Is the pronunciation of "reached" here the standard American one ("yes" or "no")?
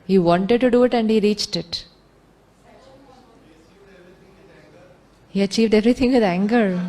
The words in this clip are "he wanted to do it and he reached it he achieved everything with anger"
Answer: yes